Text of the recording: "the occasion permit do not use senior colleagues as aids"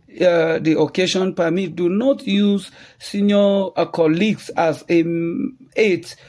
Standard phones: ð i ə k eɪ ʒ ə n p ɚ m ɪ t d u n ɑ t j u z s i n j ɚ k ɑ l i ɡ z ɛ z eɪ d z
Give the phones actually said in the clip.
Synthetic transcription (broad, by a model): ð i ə k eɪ ʃ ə n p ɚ m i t d u n ɑ t j u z s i n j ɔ k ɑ l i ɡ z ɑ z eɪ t